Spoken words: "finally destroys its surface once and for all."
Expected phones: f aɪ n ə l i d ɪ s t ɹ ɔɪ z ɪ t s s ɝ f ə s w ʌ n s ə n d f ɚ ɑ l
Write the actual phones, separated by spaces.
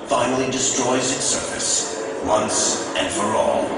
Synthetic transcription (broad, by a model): f aɪ n l i d ɪ s t ɹ ɔɪ z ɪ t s s ɝ f ə s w ʌ n s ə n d f ɚ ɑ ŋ